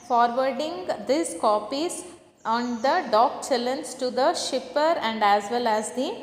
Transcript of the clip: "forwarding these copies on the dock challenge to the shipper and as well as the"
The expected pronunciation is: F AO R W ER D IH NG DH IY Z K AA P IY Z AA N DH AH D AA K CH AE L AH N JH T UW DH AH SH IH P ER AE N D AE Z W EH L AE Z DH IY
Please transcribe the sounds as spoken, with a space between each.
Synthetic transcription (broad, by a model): F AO R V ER D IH NG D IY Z K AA P IY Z AA N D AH D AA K CH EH L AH N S T UW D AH SH IH P ER AE N D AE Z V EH L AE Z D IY